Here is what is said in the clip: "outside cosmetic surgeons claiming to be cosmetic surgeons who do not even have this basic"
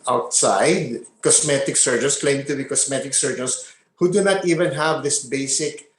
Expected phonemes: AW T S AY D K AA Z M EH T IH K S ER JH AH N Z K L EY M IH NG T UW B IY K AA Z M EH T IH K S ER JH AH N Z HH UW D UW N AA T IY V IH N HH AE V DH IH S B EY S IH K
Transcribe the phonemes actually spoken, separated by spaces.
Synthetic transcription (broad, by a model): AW T S AY D K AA S M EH T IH K S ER JH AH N S K L EY IH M T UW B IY K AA S M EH T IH K S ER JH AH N S HH UW D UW N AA T IY V IH N HH AE V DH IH S B EY S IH K